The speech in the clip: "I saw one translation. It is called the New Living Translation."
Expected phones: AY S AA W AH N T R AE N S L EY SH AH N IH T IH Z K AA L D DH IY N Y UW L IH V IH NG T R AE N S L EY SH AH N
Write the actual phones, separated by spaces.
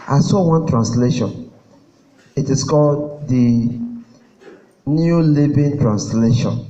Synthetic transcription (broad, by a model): AY S AA W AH N T R AE N S L EY SH AH N IH T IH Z K AA L D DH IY N Y UW L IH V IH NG T R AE N S L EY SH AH N